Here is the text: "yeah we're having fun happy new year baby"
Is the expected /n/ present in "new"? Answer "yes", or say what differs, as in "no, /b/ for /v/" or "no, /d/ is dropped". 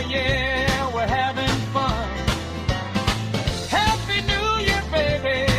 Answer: yes